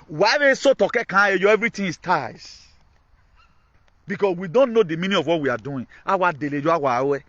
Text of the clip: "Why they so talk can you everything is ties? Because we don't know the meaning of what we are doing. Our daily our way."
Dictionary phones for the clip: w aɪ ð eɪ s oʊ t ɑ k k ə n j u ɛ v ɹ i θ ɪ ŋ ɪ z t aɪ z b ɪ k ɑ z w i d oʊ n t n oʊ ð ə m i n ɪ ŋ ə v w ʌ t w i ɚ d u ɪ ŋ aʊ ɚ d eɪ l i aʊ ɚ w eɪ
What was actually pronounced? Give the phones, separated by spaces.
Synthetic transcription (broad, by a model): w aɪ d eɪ s oʊ t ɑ k k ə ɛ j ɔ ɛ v ɹ i t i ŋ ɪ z t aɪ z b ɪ k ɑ s w i d oʊ n t n oʊ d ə m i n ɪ ə v w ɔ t w i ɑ d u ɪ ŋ aʊ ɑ d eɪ l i aʊ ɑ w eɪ